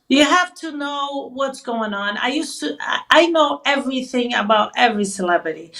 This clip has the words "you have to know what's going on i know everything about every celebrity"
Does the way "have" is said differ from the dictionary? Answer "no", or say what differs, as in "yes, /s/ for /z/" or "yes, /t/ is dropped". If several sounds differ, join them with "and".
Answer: yes, /f/ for /v/